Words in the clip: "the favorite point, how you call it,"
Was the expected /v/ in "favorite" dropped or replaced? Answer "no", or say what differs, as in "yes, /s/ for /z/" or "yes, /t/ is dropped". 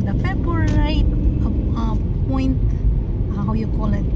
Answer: yes, /b/ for /v/